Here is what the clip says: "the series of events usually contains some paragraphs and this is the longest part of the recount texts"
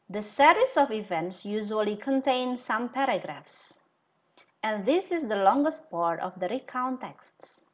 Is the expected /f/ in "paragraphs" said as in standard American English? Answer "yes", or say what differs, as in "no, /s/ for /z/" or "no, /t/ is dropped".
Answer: yes